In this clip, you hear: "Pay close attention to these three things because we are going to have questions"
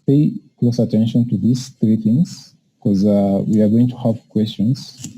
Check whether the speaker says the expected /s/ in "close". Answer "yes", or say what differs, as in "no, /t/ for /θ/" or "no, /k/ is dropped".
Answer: yes